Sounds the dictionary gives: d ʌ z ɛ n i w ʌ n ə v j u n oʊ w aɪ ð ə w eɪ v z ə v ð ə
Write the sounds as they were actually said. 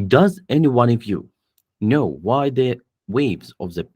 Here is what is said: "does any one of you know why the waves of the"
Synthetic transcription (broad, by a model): d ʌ z ɛ n i w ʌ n ə v j u n oʊ w aɪ ð ə w eɪ v z ə v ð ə